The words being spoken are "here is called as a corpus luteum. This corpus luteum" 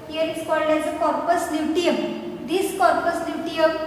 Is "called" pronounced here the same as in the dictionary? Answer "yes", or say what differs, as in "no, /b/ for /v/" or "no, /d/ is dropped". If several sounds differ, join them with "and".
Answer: yes